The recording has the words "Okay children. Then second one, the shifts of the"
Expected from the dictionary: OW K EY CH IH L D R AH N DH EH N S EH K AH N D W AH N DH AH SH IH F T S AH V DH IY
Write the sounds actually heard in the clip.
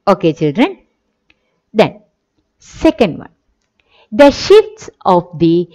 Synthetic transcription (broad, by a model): OW K EY CH IH L D R AH N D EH N S EH K AH N D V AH N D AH SH IH F T S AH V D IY